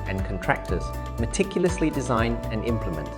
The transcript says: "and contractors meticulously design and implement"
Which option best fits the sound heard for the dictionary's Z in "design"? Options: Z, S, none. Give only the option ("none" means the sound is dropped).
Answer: Z